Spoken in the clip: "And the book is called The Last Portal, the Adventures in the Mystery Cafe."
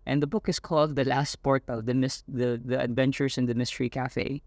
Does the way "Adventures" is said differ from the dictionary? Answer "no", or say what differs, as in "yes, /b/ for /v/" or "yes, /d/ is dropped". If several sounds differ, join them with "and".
yes, /s/ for /z/